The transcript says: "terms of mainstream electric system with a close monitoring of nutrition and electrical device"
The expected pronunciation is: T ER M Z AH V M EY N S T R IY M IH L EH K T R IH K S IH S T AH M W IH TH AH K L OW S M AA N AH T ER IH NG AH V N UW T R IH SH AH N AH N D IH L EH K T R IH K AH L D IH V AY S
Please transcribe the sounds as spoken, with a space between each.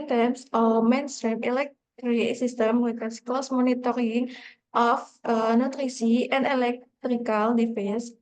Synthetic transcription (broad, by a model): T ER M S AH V M EY N S T R IY M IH L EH K T R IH S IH S T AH M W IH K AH K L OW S M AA N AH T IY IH NG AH F N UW T R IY S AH AH N D IH L EH K T R IH K AH L D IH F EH S